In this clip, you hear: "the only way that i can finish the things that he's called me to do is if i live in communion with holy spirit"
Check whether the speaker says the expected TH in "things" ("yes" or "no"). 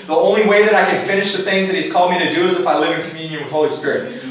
yes